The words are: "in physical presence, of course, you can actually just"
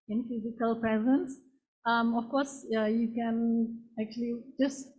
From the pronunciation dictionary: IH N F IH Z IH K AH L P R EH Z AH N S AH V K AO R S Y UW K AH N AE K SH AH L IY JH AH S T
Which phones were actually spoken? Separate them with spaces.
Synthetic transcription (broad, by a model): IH N F IH Z IH K AH L P R EH Z AH N S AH F K AO R S Y UW K AH N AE K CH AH L IY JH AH S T